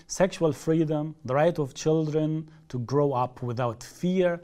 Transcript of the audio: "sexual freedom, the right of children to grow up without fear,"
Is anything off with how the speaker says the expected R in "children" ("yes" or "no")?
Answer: no